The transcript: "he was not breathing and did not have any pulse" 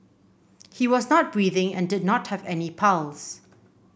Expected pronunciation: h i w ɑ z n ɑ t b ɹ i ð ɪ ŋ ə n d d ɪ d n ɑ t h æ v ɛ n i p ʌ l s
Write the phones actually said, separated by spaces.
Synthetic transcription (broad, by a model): h i w ɑ z n ɑ t b ɹ i ð ɪ ŋ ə n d d ɪ d n ɑ t h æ v ɛ n i p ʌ l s